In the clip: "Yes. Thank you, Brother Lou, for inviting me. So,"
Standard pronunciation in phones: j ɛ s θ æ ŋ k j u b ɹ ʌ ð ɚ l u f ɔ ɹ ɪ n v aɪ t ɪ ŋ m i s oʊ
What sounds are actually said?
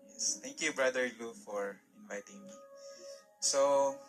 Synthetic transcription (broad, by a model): j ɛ s t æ ŋ k j u b ɹ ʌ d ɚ l u f ɔ ɹ ɪ n v aɪ t ɪ ŋ m i s oʊ